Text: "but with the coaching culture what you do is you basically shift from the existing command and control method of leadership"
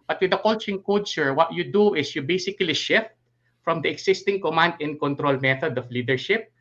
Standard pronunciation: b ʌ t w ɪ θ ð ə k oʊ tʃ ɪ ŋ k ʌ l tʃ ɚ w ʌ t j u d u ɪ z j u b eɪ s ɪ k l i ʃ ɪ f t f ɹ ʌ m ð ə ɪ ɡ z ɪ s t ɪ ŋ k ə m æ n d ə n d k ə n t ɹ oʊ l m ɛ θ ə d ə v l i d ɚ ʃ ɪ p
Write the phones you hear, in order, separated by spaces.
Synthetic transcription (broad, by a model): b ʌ t w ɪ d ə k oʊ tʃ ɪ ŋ k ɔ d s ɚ w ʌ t j u d u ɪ s j u b eɪ s ɪ k l i ʃ ɪ f t f ɹ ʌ m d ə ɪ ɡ s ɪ s t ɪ ŋ k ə m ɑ n d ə n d k ə n t ɹ oʊ l m ɛ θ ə d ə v l i d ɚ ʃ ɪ p